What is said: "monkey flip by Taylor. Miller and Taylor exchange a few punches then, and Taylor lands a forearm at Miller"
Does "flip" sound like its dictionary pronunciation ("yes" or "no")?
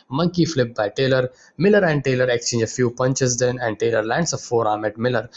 yes